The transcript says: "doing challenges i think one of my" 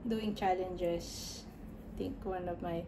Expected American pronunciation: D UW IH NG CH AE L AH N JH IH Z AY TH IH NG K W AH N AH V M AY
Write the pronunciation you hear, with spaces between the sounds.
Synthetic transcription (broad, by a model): D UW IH NG CH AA L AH N JH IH S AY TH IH NG K W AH N AH V M AY